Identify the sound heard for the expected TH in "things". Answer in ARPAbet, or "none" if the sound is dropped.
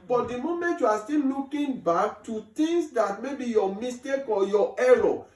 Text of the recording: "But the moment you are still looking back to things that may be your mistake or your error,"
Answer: T